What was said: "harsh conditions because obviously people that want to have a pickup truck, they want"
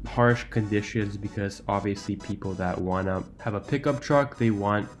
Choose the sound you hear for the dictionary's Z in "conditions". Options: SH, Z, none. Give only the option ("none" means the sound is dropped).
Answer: Z